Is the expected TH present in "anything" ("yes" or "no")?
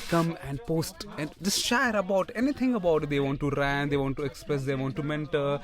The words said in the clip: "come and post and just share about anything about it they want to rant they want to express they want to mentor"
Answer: no